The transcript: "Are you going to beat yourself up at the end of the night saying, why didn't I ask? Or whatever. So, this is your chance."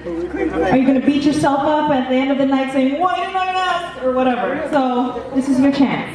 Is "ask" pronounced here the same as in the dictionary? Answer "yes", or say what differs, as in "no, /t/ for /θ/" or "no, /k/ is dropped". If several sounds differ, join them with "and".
no, /k/ is dropped